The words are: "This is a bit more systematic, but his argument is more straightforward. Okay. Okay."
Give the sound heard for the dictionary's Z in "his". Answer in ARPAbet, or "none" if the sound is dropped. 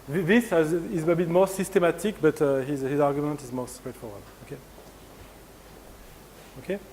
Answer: Z